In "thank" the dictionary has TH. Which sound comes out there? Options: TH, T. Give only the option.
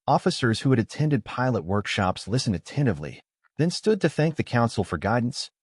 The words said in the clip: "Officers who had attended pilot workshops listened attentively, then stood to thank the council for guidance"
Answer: TH